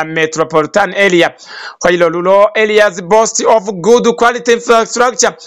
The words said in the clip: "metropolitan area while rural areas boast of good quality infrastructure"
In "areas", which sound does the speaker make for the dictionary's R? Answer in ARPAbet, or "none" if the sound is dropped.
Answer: L